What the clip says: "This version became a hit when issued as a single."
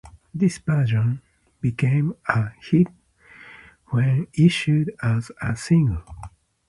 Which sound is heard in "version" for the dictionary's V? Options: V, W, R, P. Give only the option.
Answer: P